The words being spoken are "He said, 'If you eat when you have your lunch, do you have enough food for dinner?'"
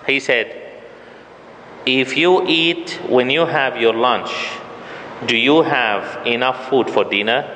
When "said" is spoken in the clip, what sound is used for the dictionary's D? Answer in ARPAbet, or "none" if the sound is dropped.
D